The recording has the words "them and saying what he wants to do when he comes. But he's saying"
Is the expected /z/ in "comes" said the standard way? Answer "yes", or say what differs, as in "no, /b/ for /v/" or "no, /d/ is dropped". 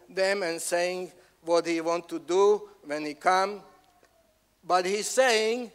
no, /z/ is dropped